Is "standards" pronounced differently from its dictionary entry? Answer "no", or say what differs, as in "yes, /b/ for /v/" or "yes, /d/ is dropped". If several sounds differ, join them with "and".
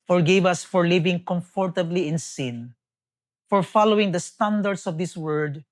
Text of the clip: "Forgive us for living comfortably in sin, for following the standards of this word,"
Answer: yes, /s/ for /z/